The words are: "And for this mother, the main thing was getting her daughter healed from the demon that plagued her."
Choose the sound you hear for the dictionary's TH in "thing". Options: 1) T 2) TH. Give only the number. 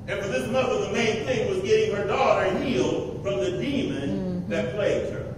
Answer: 2